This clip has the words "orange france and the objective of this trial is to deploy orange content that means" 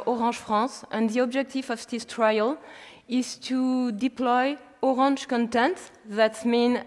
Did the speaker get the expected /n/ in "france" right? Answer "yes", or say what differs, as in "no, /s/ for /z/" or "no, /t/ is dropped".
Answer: no, /n/ is dropped